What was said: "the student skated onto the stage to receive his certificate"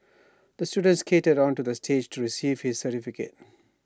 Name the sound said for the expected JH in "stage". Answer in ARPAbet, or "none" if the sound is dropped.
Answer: JH